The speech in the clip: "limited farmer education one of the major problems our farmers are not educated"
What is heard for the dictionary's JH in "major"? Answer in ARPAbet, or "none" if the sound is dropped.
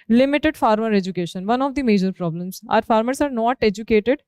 JH